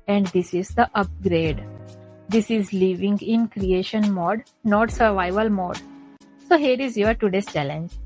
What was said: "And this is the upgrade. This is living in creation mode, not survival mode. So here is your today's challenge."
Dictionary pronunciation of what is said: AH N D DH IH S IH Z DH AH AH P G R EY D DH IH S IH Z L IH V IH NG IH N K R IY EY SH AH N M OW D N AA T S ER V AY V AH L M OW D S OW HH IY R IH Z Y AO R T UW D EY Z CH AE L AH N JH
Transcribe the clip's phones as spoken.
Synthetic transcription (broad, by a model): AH N D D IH S IH Z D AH AH P G R EY D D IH S IH Z L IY V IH NG IH N K R IY EY SH AH N M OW D N AA T S ER V AY V AH L M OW D S OW HH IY R IH Z Y AO R T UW D EY S CH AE L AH N JH